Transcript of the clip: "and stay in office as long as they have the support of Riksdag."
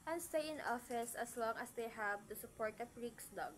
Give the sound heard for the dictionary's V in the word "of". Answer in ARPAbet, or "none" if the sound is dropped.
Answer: P